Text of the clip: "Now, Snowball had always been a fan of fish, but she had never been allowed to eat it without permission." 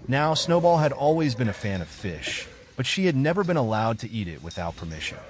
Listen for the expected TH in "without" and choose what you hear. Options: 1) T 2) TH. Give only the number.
2